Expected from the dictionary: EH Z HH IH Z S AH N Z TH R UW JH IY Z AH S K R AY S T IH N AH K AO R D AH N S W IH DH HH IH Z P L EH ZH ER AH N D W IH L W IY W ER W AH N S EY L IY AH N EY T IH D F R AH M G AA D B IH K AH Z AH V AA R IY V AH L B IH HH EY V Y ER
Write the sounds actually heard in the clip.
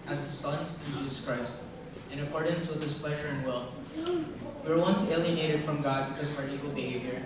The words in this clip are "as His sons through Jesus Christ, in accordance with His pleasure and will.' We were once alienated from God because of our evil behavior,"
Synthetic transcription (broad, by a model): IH Z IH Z S AH N Z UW JH IY Z AH S K R AY S T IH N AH K AO R D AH N S W IH DH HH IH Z P L EH ZH ER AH N W IH L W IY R W AH N S EY L IY AH N EY T IH D F R AH M G AA D B IH K AH Z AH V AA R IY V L B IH HH EY V Y ER